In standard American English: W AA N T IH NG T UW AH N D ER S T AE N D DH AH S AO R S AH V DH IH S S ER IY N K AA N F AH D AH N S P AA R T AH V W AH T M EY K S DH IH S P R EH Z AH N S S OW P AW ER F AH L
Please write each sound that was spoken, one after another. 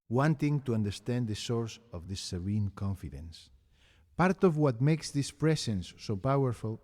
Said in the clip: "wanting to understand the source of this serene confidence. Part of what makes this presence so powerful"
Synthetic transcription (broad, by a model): W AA N T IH NG T UW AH N D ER S T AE N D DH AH S AO R S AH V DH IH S S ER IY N K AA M F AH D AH N S P AA R T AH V W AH T M EY K S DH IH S P R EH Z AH N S S OW P AW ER F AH L